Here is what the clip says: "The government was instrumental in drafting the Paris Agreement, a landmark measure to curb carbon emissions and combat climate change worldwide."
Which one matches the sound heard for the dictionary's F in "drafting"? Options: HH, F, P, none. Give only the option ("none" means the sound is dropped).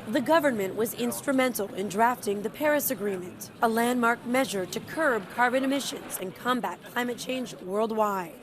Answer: F